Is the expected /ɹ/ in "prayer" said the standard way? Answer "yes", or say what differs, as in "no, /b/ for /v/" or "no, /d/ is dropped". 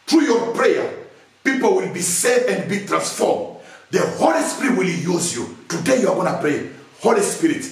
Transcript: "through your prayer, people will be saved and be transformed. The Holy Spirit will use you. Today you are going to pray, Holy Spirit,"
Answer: yes